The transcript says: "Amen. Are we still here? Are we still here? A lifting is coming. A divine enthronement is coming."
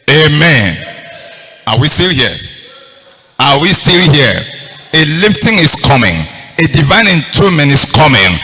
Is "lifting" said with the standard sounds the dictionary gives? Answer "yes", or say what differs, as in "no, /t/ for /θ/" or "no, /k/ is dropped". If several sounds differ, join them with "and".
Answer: yes